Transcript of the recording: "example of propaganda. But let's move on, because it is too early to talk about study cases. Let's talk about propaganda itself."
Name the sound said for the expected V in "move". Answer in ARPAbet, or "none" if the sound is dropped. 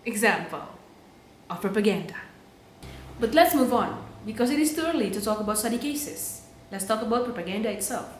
V